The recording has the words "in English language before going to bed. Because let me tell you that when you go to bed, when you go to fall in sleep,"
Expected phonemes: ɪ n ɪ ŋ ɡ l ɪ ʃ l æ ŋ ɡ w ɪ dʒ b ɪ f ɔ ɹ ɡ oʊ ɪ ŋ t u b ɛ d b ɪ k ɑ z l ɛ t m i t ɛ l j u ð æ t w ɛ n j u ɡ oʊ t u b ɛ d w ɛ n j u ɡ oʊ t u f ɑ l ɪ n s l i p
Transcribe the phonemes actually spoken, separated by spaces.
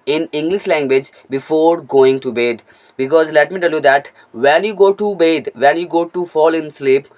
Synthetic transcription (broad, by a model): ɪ n ɪ ŋ ɡ l ɪ ʃ l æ ŋ ɡ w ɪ dʒ b ɪ f ɔ ɹ ɡ oʊ ɪ ŋ t u b ɛ d b ɪ k ɑ z l ɛ t m i t ɛ l j u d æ t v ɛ n j u ɡ oʊ t u b ɛ d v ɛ n j u ɡ oʊ t u f ɑ l ɪ n s l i p